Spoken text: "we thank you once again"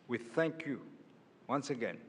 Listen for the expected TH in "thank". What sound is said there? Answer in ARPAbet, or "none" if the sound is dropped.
TH